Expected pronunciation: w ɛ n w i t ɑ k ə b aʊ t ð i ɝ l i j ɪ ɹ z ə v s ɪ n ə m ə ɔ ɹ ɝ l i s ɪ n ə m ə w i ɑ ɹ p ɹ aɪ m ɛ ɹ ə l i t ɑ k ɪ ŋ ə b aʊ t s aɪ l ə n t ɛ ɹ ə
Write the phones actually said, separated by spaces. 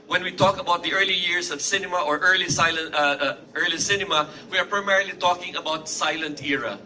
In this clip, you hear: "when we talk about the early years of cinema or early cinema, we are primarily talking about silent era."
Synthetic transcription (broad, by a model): w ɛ n w i t ɑ k ə b aʊ t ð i ɝ l i j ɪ ɹ s ə v s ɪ n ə m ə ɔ ɹ ɝ l i s ɪ n ə m ə w i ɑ ɹ p ɹ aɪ m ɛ ɹ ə l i t ɑ k ɪ ŋ ə b aʊ t s aɪ l ə n t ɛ ɹ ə